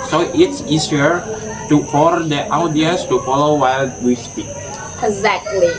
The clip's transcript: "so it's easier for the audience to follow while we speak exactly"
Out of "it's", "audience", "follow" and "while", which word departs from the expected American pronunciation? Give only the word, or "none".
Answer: audience